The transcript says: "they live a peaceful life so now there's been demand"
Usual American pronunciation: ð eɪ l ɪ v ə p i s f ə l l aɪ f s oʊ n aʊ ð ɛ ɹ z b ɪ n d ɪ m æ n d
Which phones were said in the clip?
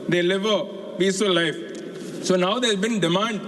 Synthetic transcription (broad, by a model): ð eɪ l ɪ v ə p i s ə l l aɪ f s oʊ n aʊ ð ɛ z b ɪ n d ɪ m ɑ n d